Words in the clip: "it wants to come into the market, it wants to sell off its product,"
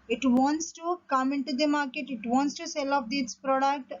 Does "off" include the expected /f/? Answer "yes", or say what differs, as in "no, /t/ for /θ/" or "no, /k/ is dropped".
no, /p/ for /f/